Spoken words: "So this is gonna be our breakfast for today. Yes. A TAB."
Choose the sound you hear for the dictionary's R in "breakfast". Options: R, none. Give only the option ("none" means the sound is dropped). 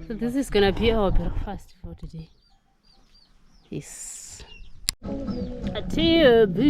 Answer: none